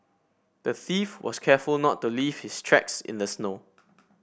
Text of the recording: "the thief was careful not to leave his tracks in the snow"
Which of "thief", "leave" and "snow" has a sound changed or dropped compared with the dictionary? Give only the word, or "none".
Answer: none